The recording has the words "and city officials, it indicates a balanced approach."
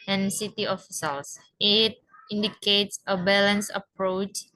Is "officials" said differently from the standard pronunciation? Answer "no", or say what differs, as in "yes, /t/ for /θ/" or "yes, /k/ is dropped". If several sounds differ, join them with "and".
yes, /s/ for /ʃ/ and /s/ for /z/